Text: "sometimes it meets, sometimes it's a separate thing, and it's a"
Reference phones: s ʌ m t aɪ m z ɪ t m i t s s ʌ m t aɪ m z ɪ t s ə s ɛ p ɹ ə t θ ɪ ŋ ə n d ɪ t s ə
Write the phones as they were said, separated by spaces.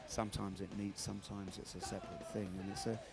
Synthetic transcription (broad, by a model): s ʌ m t aɪ m z ɪ t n i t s s ʌ m t aɪ m z ɪ t s ə s ɛ p ɹ ə t θ ɪ ŋ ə n ɪ t s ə